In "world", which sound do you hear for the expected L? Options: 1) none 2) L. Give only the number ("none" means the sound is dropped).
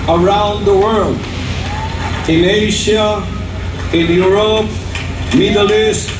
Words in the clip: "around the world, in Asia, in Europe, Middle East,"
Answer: 2